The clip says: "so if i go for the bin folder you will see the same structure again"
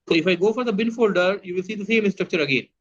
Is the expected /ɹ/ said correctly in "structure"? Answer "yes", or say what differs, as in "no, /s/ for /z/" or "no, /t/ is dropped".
yes